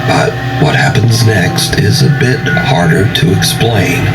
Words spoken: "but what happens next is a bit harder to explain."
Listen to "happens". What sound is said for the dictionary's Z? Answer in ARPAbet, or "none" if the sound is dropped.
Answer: Z